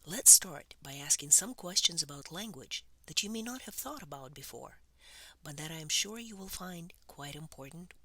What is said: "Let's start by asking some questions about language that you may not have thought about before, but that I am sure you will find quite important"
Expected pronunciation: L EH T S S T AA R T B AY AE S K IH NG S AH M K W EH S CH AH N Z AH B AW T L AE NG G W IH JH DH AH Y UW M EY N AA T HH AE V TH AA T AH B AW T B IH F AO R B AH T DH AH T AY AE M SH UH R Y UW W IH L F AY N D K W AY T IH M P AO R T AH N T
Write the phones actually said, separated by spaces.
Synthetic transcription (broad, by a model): L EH T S S T AA R T B AY AE S K IH NG S AH M K W EH S CH AH N Z AH B AW T L AE NG G W IH JH DH AH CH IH M EY N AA T HH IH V TH AA T AH B AW T B IH F AO R B AH T DH AH T AY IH M SH UH R Y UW W IH L F AY N D K W AY T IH M P AO R T N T